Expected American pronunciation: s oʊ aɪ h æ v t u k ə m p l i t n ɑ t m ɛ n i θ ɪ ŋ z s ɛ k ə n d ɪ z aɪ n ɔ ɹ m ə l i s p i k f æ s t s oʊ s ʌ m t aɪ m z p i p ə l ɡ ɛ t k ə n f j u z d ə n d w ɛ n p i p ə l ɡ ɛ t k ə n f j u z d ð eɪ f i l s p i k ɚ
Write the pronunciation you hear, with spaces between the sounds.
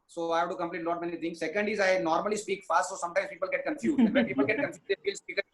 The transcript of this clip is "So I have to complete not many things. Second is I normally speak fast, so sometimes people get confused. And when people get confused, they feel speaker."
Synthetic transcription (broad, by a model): s oʊ aɪ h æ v t u k ə m p l i t l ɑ t m ɛ n i t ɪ ŋ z s ɛ k ə n d ɪ z aɪ n ɔ ɹ m ə l i s p i k f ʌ s t s oʊ s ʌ m t aɪ m s p i p ə l ɡ ɛ t k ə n f j u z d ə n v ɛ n p i p ə l ɡ ɛ t k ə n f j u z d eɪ f i l s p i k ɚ